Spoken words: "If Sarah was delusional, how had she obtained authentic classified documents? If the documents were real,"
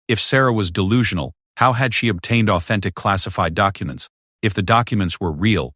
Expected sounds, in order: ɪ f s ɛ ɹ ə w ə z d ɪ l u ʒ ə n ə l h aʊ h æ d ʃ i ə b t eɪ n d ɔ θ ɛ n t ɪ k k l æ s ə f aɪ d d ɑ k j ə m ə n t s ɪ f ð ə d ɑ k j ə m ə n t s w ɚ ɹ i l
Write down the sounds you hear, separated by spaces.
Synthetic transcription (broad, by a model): ɪ f s ɛ ɹ ə w ə z d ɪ l u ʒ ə n l h aʊ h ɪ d ʃ i ə b t eɪ n d ɔ θ ɛ n t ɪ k k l æ s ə f aɪ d d ɑ k j ə m ə n t s ɪ f ð ə d ɑ k j ə m ə n t s w ɚ ɹ i l